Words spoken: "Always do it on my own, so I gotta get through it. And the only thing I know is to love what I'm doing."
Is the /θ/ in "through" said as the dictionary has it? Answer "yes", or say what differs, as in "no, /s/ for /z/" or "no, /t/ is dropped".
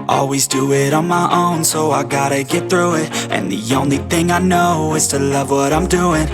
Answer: yes